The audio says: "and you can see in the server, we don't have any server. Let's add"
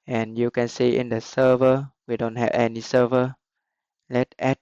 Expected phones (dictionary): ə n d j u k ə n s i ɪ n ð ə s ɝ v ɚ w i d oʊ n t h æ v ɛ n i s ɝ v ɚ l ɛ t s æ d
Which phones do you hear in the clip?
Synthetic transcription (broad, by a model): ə n j u k ə n s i ɪ n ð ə s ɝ v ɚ w i d oʊ n t h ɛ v ɛ n i s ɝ v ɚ l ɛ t ɛ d